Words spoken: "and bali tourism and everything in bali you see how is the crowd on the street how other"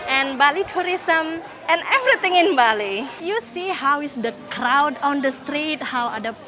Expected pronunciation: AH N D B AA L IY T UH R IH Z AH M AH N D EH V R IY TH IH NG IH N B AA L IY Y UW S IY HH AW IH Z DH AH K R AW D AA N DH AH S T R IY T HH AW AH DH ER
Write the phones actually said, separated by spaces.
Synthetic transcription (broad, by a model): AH N B AA L IY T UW R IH S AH M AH N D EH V R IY T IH NG IH N B AA L IY Y UW S IY HH AW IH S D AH K R AW D AA N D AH S T R IY T HH AW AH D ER